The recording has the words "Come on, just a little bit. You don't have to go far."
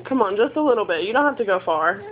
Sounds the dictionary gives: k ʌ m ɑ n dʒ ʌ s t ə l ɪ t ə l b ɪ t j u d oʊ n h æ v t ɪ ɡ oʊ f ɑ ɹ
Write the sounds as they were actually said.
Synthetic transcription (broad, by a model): k ʌ m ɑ n dʒ ʌ s t ə l ɪ t l b ɪ t j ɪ d oʊ n h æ f t ɪ ɡ oʊ f ɑ ɹ